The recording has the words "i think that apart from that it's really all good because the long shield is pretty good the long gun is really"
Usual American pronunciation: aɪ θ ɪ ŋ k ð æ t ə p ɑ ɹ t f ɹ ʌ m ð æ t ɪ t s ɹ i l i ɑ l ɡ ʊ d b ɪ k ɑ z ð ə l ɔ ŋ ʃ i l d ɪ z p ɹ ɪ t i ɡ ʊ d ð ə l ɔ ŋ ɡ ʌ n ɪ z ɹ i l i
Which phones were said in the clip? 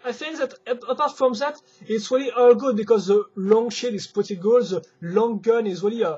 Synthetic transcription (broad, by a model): aɪ θ ɪ ŋ k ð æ t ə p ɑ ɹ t f ɹ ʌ m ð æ t ɪ t s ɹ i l i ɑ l ɡ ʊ d b ɪ k ɑ z ð ə l ɔ ŋ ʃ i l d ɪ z p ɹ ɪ t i ɡ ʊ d ð ə l ɔ ŋ ɡ ʌ n ɪ z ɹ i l i